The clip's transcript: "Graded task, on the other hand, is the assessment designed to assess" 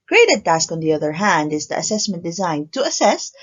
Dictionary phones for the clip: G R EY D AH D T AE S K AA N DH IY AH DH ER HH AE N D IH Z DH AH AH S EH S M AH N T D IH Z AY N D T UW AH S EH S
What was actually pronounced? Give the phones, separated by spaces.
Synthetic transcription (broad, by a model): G R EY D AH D T AE S K AA N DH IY AH DH ER HH AE N D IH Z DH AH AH S EH S M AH N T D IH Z AY N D T UW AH S EH S